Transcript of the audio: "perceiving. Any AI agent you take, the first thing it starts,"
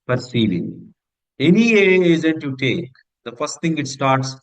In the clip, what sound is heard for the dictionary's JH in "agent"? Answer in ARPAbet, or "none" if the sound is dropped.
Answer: Z